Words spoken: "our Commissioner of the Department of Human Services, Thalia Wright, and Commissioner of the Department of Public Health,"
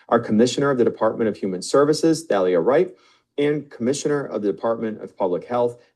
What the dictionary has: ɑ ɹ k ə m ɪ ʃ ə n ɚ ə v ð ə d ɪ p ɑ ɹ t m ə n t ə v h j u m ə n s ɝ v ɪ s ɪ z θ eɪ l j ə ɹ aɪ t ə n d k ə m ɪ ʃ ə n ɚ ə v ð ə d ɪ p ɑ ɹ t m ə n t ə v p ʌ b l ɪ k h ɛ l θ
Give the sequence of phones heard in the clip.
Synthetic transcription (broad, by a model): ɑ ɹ k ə m ɪ ʃ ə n ɚ ə v ð ə d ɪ p ɑ ɹ t m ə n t ə v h j u m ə n s ɝ v ɪ s ɪ z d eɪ l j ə ɹ aɪ t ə n k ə m ɪ ʃ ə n ɚ ə v ð ə d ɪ p ɑ ɹ t m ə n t ə v p ʌ b l ɪ k h ɛ l θ